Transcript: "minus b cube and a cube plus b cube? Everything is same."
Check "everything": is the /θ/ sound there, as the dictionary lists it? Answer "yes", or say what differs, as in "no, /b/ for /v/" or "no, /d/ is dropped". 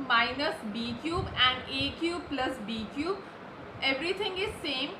no, /t/ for /θ/